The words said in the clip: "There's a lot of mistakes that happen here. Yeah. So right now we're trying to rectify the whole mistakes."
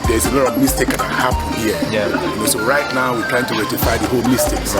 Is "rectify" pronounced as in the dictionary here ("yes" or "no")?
no